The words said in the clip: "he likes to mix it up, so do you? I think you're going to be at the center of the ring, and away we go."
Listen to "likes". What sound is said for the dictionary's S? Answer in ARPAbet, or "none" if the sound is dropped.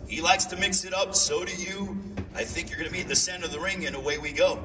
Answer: S